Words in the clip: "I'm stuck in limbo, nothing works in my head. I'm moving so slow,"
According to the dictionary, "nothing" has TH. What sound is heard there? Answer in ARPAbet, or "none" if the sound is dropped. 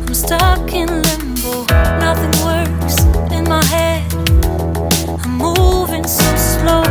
TH